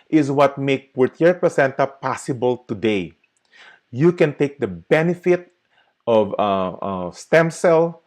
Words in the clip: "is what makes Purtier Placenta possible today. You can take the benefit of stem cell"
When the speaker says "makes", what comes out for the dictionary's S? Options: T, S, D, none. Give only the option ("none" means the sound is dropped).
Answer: none